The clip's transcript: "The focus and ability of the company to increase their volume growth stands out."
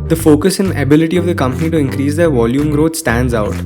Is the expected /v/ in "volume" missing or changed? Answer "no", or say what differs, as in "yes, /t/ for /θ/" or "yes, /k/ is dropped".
no